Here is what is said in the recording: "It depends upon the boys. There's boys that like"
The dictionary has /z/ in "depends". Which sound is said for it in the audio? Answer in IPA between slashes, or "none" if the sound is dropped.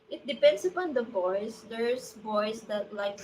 /s/